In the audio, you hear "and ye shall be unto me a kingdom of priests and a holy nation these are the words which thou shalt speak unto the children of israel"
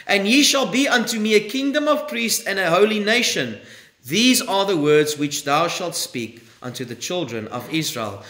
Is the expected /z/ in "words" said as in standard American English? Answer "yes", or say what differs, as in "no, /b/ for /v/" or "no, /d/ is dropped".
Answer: yes